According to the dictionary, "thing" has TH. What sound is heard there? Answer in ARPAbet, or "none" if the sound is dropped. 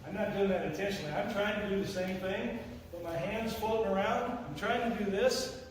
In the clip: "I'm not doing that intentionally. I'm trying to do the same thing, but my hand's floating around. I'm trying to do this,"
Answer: TH